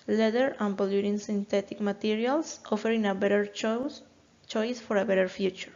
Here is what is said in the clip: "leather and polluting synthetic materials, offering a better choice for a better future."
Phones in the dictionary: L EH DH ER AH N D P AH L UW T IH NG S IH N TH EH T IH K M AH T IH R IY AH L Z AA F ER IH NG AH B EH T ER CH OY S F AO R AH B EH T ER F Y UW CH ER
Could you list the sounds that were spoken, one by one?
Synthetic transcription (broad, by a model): L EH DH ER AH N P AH L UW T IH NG S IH N T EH T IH K M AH T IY R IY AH L S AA F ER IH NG AH B EH T ER CH OY S F AO R AH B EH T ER F Y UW CH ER